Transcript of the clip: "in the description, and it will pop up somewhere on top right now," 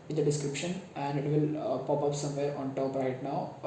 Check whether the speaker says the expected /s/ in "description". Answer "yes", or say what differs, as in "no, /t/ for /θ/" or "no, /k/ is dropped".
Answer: yes